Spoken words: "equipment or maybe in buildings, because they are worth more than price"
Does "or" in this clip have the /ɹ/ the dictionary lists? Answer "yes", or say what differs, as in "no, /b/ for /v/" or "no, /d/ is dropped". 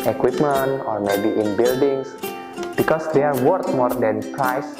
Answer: yes